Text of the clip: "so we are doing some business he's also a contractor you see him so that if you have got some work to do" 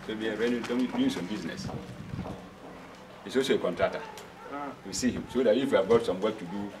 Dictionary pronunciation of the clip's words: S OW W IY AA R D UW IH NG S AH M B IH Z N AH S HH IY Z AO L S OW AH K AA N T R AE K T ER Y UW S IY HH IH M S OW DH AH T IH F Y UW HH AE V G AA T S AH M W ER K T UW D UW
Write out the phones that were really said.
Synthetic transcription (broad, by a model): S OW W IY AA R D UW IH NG S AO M B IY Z N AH S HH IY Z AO S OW AH K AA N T R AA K T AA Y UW S IY HH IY M S OW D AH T IH F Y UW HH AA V G AA T S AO M W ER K T UW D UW